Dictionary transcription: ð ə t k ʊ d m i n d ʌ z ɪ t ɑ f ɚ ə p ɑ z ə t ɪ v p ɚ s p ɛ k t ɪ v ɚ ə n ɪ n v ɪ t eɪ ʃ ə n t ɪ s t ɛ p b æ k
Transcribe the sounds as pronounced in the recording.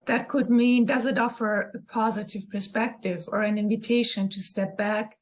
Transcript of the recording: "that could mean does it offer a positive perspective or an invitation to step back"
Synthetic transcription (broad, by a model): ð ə t k ʊ d m i n d ʌ z ɪ t ɑ f ɚ ə p ɑ z ə t ɪ v p ɚ s p ɛ k t ɪ v ɚ ə n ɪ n v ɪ t eɪ ʃ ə n t ɪ s t ɛ p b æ k